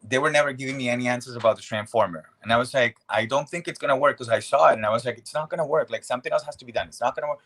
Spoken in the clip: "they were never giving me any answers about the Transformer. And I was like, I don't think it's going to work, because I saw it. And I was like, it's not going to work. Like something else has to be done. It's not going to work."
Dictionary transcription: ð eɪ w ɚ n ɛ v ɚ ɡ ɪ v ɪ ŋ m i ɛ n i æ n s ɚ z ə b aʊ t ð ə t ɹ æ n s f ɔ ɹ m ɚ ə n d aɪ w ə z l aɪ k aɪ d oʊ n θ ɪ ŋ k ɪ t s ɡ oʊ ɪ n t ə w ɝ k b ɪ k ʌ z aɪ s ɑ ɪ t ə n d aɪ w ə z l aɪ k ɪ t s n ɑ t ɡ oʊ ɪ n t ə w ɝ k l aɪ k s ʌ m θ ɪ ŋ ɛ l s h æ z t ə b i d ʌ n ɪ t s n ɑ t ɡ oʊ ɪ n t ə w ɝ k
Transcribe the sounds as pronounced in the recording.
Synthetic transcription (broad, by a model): ð eɪ w ɚ n ɛ v ɚ ɡ ɪ v ɪ ŋ m i ɛ n i æ n s ɚ z ə b aʊ t ð ə t ɹ æ n s f ɔ ɹ m ɚ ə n aɪ w ə z l aɪ k aɪ d oʊ n θ ɪ ŋ k ɪ t s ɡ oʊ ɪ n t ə w ɝ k k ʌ z aɪ s ɑ ɪ t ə n aɪ w ə z l aɪ k ɪ t s n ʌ t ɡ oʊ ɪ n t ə w ɝ k l aɪ k s ʌ m θ ɪ ŋ ɛ l s h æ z t ə b i d ʌ n ɪ t s n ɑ t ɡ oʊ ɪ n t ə w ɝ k